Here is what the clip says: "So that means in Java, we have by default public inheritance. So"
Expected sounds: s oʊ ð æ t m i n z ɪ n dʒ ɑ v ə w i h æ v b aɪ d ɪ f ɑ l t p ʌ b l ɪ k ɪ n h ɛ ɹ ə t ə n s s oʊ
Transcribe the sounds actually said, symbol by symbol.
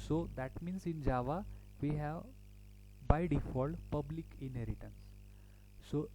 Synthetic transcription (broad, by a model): s oʊ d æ t m i n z ɪ n dʒ ɑ v ə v i h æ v b aɪ d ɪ f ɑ l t p ʌ b l ɪ k ɪ n h ɛ ɹ ə t ə n s s oʊ